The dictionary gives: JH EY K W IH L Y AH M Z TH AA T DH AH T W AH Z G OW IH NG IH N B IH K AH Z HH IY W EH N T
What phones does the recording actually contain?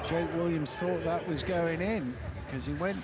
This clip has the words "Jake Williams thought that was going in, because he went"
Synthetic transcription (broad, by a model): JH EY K W IH L Y AH M Z TH AA T DH AH T W AH Z G OW IH NG IH N K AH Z IY W EH N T